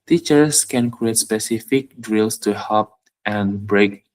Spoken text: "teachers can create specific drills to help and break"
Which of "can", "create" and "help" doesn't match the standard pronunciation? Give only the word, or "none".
help